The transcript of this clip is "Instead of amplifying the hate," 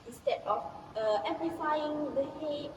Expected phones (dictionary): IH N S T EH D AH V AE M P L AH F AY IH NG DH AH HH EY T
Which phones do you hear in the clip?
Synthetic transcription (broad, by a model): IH N S T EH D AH F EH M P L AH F AY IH NG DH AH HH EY